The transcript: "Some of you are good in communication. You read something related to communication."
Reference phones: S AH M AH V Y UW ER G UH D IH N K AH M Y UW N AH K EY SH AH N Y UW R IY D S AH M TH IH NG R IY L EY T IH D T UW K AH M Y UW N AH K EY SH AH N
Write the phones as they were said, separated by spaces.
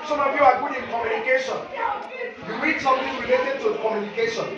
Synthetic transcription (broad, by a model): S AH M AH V Y UW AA G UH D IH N K AH M Y UW N AH K EY SH AH N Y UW W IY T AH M T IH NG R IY L EY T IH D T UW K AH M Y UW N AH K EY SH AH N